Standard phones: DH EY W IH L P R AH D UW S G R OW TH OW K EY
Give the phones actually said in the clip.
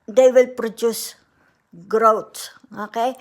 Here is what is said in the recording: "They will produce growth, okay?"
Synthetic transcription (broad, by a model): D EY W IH L P R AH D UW S G R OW S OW K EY